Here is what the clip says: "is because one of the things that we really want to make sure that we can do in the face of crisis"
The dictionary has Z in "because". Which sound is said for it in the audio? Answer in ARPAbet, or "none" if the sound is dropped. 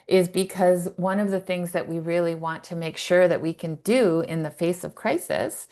Z